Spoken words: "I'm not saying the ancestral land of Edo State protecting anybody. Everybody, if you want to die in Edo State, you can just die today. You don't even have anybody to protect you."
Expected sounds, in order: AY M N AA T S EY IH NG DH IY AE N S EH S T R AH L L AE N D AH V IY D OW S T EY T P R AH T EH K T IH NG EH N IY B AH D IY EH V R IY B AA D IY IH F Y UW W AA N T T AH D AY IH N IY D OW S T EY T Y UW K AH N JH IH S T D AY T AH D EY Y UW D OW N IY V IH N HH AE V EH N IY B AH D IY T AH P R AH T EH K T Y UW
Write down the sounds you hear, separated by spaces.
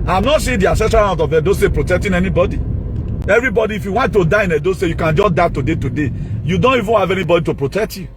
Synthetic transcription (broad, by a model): AY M N AA T S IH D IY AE S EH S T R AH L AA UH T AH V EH D OW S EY P R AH T EH K T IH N EH N IY B AH D IY EH V R IY B AA D IY IH F Y UW W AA N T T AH D AY IH N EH D OW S EY Y UW K AH N JH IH S T D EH T AH D EY Y UW D OW N IY V IH N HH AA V EH N IY B AH D IY T AH P R AH T EH K T Y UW